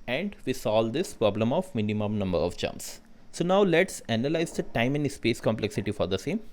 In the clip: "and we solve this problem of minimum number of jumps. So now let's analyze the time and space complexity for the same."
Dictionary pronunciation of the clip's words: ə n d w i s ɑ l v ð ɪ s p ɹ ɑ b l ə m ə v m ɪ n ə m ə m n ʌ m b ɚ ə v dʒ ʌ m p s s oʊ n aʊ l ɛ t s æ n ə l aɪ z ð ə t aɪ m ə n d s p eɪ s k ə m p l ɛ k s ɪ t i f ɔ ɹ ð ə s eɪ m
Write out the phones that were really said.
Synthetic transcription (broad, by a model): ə n d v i s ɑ l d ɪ s p ɹ ɑ b l ə m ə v m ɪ n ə m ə m n ʌ m b ɚ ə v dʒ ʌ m s s oʊ n aʊ l ɛ t s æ n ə l aɪ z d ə t aɪ m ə n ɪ s p eɪ s k ə m p l ɛ k s ɪ t i f ɔ ɹ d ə s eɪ m